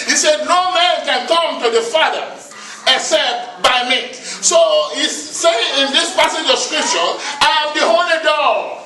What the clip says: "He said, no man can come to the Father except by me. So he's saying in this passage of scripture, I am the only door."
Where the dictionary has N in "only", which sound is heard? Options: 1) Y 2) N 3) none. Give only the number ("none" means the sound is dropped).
3